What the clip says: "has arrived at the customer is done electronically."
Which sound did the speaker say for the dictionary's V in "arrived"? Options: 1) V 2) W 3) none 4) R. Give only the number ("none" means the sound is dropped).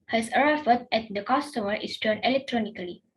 3